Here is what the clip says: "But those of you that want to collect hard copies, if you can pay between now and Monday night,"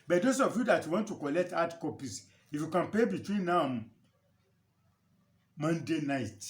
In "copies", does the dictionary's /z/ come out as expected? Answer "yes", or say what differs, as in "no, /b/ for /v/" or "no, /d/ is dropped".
no, /s/ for /z/